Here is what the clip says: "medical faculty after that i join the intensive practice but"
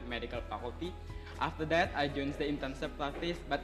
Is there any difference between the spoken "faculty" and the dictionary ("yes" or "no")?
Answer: yes